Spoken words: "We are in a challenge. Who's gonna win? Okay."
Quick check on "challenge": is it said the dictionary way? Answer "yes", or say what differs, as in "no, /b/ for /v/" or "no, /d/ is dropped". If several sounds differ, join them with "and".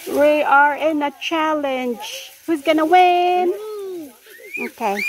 yes